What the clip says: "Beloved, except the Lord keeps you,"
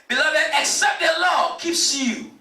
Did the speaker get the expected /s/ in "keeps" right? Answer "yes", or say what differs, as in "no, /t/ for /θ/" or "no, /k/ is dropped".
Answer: yes